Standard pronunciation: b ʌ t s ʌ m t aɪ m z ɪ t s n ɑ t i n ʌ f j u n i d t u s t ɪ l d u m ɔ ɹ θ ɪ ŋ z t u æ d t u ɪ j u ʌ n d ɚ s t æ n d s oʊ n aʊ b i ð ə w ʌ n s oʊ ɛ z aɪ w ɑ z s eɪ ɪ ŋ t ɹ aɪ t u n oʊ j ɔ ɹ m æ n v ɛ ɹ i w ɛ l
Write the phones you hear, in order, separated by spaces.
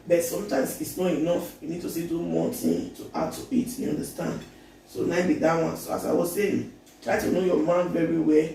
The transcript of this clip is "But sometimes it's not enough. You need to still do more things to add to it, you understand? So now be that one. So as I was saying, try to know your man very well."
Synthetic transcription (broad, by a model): b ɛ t s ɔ m t aɪ m s ɪ t s n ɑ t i n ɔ f j u n i d t u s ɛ d u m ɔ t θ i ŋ t u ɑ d t u ɪ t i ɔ n d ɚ s t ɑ n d s oʊ n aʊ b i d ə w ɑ n s oʊ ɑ s aɪ w ɑ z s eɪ t ɹ aɪ t u n oʊ j ɔ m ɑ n v ɛ ɹ i w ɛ